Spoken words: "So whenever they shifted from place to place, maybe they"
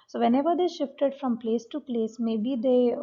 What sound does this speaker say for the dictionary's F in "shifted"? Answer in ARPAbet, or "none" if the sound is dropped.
F